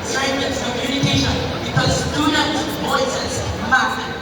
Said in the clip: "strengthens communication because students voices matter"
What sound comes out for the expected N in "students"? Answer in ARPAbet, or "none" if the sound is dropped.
none